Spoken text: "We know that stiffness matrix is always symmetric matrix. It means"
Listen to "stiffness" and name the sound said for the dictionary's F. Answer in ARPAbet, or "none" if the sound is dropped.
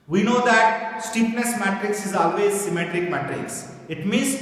P